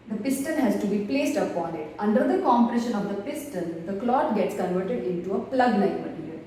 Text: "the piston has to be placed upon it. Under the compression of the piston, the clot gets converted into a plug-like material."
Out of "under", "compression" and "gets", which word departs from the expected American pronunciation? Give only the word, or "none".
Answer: none